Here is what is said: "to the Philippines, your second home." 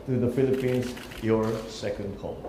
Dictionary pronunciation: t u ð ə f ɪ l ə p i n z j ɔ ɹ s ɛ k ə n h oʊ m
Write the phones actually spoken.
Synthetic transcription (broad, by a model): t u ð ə f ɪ l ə p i n s j ɔ ɹ s ɛ k ə n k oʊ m